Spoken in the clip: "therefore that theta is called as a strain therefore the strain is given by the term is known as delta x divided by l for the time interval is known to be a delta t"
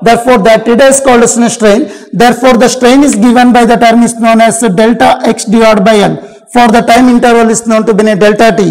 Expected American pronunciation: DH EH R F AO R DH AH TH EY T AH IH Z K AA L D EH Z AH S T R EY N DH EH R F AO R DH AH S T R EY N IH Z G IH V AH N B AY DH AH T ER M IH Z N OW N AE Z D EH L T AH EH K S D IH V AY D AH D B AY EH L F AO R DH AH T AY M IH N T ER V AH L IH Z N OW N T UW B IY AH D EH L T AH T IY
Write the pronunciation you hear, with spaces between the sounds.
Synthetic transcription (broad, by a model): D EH R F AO R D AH T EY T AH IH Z K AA L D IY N AH S T R EY N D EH R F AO R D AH S T R EY N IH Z G IH V AH N B AY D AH T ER M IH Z N OW N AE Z D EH L T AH EH K S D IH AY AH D B AY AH N F AO R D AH T AY M IH N T ER V AH L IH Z N OW N T UW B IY AH D EH L T AH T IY